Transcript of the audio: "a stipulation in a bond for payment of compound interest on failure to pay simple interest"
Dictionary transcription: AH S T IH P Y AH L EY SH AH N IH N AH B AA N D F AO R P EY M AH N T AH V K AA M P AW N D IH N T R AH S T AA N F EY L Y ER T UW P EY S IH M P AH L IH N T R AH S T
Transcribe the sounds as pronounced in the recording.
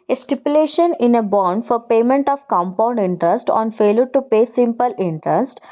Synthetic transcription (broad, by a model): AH S T IH P Y AH L EY SH AH N IH N AH B AA N D F AO R P EY M AH N T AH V K AA M P AW N D IH N T R AH S T AA N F EY L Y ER T UW P EY S IH M P AH L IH N T R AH S T